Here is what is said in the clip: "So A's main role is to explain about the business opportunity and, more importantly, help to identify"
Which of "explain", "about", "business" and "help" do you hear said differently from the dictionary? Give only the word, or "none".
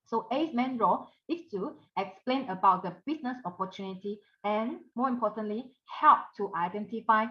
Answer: business